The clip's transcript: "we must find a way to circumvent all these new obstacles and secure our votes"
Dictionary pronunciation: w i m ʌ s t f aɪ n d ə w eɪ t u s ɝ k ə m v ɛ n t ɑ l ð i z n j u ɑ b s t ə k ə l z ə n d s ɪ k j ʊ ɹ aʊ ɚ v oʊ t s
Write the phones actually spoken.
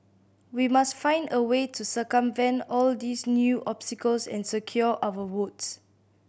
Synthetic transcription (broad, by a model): w i m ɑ s t f aɪ n d ə w eɪ t u s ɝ k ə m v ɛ n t ɑ l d i s n j u ɑ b s t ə k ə l s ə n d s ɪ k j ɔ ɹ aʊ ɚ w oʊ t s